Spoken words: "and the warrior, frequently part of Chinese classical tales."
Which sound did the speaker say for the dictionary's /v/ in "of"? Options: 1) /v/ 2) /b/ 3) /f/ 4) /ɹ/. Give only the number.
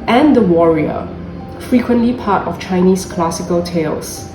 3